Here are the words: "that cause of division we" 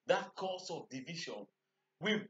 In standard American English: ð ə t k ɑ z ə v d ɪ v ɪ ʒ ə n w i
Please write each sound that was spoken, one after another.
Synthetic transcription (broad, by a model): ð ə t k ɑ s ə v d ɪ v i ʃ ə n w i